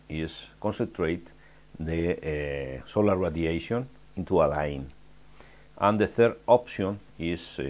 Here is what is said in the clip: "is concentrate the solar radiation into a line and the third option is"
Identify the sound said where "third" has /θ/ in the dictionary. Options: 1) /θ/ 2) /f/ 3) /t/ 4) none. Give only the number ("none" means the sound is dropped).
1